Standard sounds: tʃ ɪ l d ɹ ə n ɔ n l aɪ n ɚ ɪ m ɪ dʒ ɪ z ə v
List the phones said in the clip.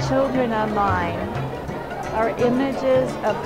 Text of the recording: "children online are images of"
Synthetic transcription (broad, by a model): tʃ ɪ l d ɹ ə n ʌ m aɪ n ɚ ɪ m ɪ dʒ ɪ z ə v